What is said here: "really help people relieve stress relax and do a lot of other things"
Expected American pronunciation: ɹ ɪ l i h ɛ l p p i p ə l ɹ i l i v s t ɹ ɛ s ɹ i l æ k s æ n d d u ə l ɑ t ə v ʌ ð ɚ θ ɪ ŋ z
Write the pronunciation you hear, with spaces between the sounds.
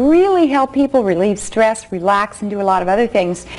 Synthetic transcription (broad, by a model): ɹ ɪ l i h ɛ l p p i p l ɹ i l i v s t ɹ ɛ s ɹ i l æ k s n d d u ə l ɑ t ə v ʌ ð ɚ θ ɪ ŋ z